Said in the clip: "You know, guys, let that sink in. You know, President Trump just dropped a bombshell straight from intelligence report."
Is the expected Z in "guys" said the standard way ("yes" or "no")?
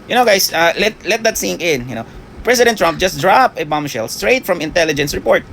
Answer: no